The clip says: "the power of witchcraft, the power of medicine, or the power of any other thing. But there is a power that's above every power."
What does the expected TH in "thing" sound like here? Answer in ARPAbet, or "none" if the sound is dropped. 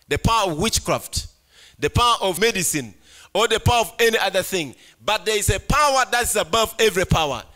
TH